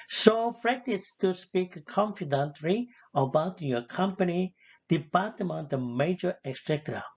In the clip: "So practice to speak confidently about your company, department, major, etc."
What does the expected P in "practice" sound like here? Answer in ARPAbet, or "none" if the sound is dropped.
F